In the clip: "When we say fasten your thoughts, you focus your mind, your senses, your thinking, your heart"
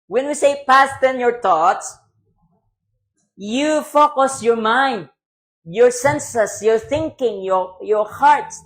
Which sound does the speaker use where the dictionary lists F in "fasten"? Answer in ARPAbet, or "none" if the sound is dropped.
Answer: P